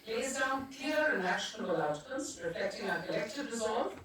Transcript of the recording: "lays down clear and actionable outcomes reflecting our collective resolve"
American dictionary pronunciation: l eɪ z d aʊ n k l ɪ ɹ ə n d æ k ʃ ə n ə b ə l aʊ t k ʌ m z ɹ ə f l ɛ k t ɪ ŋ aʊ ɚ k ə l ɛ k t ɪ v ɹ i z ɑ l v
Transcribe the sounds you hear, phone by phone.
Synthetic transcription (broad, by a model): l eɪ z d aʊ n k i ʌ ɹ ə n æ ʃ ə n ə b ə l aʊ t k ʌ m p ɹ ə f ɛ k t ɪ ŋ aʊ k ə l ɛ k t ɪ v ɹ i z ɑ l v